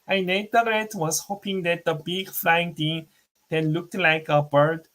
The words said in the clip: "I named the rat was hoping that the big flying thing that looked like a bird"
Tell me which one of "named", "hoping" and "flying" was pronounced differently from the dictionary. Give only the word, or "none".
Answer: named